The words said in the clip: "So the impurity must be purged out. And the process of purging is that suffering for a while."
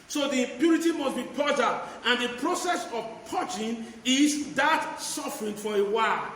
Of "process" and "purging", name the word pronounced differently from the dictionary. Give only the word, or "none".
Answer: purging